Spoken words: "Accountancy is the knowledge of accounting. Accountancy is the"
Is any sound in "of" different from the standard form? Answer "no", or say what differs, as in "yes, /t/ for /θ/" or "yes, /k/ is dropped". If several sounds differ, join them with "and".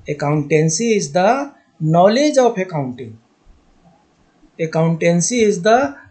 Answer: yes, /p/ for /v/